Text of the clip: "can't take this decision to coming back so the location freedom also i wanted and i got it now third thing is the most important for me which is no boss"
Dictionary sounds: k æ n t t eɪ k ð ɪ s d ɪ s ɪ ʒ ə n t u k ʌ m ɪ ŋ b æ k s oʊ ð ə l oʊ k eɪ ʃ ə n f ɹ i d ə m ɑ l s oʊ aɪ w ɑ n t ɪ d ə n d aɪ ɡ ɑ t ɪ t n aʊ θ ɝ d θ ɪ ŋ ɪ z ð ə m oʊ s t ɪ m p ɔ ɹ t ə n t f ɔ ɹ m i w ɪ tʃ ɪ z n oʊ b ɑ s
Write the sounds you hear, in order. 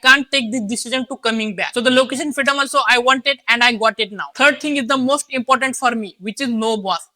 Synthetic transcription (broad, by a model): k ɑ n t t eɪ k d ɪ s d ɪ s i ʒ ə n t u k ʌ m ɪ ŋ b æ k s oʊ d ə l oʊ k eɪ ʃ ə n f ɹ i d ə m ɑ l s oʊ aɪ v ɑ n t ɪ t ə n d aɪ ɡ ɑ t ɪ t n aʊ t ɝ d t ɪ ŋ ɪ z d ə m oʊ s t ɪ m p ɔ ɹ t ə n t f ɔ ɹ m i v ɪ tʃ ɪ z n oʊ b ɑ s